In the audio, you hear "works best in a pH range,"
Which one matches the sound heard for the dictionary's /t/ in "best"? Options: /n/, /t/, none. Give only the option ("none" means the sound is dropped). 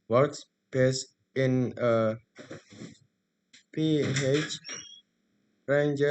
none